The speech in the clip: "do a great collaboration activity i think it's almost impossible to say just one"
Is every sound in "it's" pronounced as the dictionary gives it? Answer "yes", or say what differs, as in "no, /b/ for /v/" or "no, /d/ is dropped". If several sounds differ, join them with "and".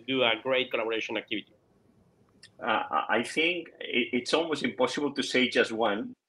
yes